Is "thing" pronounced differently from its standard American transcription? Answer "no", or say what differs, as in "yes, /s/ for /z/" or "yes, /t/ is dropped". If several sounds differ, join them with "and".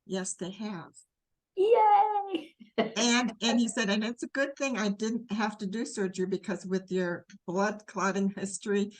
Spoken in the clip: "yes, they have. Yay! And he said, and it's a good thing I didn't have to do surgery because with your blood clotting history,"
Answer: no